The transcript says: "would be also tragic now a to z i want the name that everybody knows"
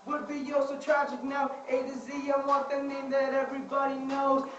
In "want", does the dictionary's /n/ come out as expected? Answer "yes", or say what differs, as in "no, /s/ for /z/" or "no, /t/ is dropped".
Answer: no, /n/ is dropped